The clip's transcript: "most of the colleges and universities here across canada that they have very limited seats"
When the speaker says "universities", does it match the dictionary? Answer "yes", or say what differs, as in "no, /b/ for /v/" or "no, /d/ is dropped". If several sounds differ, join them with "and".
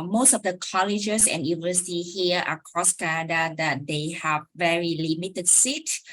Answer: no, /z/ is dropped